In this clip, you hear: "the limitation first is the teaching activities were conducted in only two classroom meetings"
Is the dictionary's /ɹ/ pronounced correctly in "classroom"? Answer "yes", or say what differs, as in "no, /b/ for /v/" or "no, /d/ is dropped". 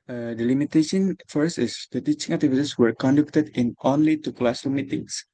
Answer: no, /ɹ/ is dropped